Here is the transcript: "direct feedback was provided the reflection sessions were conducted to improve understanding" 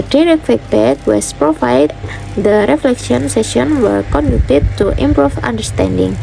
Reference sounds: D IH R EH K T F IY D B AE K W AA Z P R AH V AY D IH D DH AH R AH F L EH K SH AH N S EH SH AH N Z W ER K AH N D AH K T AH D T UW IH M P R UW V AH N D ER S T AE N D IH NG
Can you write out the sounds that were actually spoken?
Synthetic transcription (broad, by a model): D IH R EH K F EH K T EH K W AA S P R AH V AY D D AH R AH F L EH K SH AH N S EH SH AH N W ER K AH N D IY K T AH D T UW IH M P R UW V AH N D ER S T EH N D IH NG